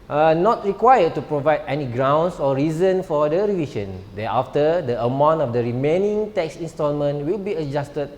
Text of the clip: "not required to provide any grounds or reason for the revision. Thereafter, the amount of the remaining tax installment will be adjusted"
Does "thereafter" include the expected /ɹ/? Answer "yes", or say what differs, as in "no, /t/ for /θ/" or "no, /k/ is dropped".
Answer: no, /ɹ/ is dropped